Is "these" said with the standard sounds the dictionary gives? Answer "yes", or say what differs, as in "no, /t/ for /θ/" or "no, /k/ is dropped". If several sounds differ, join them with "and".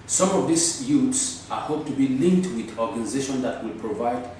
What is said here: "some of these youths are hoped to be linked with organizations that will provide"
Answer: no, /s/ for /z/